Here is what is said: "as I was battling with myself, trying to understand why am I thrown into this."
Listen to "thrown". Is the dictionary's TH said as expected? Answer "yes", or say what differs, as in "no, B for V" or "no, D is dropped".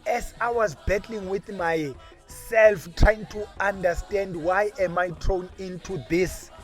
no, T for TH